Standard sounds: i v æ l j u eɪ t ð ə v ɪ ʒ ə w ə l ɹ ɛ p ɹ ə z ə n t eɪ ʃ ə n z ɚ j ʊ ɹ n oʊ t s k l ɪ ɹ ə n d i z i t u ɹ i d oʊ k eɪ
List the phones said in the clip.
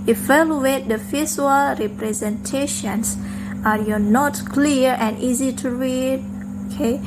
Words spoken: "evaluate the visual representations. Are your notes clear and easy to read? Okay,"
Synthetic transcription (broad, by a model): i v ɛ l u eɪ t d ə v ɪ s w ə l ɹ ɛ p ɹ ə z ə n t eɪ ʃ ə n s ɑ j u n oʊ t k l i ɹ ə n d i z i t u ɹ i d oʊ k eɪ